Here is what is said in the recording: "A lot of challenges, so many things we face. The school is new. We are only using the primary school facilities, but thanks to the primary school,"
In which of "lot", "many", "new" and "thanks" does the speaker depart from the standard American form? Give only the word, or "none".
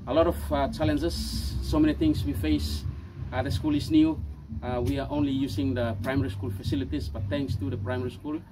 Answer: thanks